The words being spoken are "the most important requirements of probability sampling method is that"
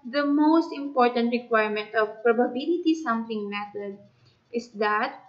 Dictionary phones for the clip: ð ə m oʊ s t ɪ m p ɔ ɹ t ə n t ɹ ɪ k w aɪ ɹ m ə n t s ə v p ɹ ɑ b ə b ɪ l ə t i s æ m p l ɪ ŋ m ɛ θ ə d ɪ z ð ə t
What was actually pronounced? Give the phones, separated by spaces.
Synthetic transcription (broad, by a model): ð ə m oʊ s t ɪ m p ɔ ɹ t ə n t ɹ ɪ k w aɪ ɹ m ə n t ə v p ɹ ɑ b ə b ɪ l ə t i s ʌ m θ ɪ ŋ m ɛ t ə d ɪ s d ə t